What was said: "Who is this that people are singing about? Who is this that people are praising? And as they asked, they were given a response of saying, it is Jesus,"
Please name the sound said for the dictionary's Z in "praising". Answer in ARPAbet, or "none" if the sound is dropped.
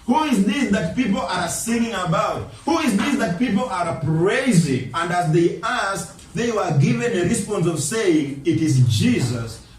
Z